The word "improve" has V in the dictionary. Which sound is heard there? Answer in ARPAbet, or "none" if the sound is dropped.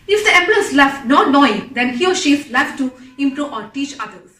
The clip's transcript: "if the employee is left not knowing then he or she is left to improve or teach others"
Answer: none